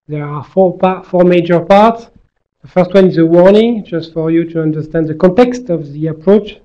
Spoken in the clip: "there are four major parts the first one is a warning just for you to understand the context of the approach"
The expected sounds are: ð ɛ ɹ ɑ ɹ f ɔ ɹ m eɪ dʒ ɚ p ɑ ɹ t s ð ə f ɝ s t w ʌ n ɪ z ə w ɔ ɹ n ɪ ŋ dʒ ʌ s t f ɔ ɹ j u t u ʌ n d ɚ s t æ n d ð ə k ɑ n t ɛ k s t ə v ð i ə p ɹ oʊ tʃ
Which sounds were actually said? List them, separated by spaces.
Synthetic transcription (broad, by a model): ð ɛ ɹ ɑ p f ɔ ɹ m eɪ dʒ ɚ p ɑ ɹ t s ð ə f ɝ s t w ʌ n ɪ z ə w ɔ ɹ n ɪ ŋ dʒ ʌ s t f ɔ ɹ j u t u ʌ n d ɚ s t æ n d ð ə k ɑ n t ɛ k s t ə v ð i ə p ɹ oʊ tʃ